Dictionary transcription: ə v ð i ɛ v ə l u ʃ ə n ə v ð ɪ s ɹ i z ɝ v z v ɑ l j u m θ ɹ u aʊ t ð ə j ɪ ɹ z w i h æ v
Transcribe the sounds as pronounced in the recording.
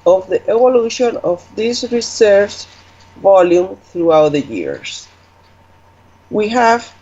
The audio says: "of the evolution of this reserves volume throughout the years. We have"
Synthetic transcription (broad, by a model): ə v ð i ɛ v ə l u ʃ ə n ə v ð ɪ s ɹ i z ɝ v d v ɑ l j u m θ ɹ u aʊ t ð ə j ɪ ɹ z w i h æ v